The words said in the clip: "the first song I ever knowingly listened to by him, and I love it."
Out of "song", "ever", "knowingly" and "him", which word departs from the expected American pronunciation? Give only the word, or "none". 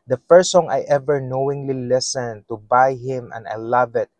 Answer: none